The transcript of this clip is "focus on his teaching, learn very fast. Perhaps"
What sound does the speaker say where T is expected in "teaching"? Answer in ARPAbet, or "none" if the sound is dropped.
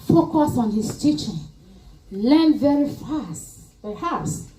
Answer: T